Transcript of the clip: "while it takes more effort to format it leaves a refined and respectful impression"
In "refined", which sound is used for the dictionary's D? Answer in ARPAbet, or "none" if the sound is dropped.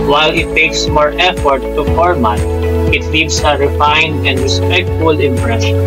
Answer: D